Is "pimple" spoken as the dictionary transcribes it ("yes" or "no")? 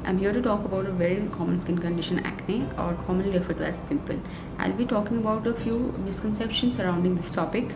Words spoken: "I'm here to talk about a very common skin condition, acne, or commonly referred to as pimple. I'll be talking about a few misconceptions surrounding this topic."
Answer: no